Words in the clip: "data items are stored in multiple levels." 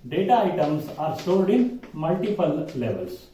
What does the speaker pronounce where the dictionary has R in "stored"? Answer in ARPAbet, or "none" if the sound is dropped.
L